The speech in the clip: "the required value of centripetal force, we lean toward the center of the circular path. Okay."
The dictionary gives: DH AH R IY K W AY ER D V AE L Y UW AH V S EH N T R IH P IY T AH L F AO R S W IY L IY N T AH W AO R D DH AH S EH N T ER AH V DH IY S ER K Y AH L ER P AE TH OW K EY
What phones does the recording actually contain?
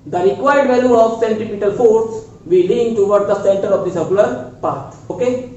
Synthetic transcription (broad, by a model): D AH R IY K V AY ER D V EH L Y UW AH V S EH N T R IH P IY T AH L F AO R S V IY L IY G T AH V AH R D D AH S EH N T ER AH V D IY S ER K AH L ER P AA T OW K EY